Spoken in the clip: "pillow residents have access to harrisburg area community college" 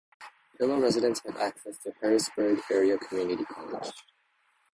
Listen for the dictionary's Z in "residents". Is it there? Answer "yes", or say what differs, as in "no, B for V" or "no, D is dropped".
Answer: yes